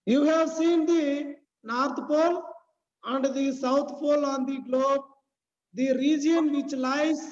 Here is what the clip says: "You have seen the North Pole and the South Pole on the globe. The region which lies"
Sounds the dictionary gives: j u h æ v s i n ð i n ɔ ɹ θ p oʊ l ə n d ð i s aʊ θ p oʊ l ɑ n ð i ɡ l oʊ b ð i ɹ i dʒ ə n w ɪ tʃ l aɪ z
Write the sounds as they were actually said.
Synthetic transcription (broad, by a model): j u h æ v s i n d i n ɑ ɹ t p oʊ l ə n d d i s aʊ t p oʊ l ɑ n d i ɡ l oʊ b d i ɹ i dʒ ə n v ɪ tʃ l aɪ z